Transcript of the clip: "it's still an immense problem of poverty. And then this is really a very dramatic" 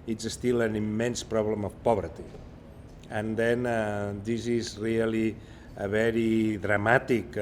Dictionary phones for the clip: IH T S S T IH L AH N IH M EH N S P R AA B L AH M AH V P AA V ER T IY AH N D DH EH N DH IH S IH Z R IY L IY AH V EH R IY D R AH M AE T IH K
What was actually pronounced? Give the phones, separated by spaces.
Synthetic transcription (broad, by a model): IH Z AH S T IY L AH N IH M EH N S P R AA B L AH M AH F P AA B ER T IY AH N D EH N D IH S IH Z R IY L IY AH B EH R IY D R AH M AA T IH K